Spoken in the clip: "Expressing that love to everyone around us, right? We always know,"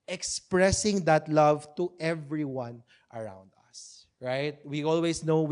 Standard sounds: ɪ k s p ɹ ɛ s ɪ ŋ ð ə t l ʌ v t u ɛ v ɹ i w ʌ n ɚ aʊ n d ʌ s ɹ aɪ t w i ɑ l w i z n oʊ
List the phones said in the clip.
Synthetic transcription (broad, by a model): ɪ k s p ɹ ɛ s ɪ ŋ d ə t l ʌ v t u ɛ v ɹ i w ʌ n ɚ aʊ n d ʌ s ɹ aɪ t w i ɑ l w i s n oʊ